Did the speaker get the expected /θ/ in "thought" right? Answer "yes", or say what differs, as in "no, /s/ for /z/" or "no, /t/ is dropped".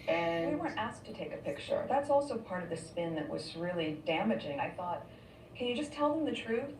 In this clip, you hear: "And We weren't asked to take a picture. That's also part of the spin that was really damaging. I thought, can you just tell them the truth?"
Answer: yes